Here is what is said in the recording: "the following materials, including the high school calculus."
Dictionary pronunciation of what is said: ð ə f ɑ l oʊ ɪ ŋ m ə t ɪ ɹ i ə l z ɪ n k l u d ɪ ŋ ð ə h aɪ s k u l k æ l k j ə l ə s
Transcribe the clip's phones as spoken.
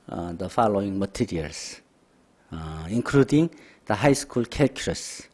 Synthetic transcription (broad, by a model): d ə f ɑ l oʊ ɪ ŋ m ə t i ɹ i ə l s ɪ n k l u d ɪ ŋ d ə h aɪ s k u l k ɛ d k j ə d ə s